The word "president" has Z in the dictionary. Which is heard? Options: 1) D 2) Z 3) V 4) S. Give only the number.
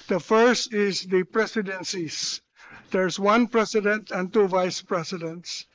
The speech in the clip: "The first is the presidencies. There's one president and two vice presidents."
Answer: 4